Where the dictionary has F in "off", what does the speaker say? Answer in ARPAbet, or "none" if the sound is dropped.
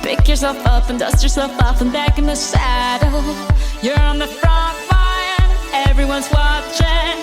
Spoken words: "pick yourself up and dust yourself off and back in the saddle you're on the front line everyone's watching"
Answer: P